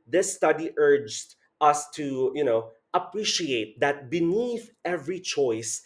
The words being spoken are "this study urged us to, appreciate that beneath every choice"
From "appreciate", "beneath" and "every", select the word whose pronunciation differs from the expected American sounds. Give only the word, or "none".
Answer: none